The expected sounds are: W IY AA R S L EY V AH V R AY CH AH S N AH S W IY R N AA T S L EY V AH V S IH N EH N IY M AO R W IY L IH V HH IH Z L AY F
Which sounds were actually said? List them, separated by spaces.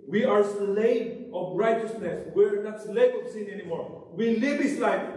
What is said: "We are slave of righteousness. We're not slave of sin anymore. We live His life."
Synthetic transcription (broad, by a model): W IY AA R S L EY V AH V R AY CH AH S N AH S W IY R N AA T S L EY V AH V S IH N EH N IY M AO R W IY L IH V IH S L AY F